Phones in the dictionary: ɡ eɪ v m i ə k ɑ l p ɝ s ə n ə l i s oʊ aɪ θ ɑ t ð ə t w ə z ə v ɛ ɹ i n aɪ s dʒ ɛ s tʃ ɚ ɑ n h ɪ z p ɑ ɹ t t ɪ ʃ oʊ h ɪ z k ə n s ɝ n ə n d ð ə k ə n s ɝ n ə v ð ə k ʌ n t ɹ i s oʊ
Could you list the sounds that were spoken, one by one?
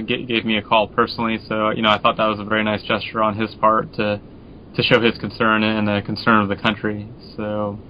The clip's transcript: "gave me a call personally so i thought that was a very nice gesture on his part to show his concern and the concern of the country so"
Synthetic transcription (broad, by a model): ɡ eɪ v m i ə k ɑ l p ɝ s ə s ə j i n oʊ aɪ θ ɑ t ð ə t w ə z ə v ɛ ɹ i n aɪ s dʒ ɛ s tʃ ɚ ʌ n ɪ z p ɑ ɹ t t ɪ ʃ oʊ ɪ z k n s ɝ n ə n ð ə k n s ɝ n ə v ð ə k ʌ n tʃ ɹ i s oʊ